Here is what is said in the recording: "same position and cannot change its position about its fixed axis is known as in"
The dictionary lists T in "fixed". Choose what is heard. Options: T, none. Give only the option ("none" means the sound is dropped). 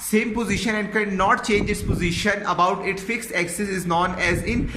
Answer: T